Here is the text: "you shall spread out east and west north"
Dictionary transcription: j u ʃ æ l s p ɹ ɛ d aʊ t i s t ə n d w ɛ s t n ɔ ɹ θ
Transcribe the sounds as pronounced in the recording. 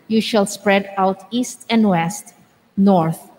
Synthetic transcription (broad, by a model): j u ʃ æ l s p ɹ ɛ d aʊ t i s t ə n d w ɛ s t n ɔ ɹ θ